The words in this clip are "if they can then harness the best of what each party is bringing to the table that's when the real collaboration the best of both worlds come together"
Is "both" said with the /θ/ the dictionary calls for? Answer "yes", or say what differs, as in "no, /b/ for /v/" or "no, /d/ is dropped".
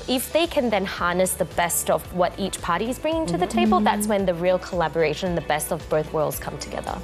yes